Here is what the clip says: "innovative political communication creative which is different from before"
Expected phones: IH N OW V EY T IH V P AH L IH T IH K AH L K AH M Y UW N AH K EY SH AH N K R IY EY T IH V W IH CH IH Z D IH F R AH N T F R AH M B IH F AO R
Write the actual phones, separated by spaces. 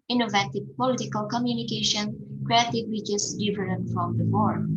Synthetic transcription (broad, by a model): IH N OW V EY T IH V P AH L IH T IH K AH L K AH M Y UW N AH K EY SH AH N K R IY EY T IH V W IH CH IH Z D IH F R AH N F R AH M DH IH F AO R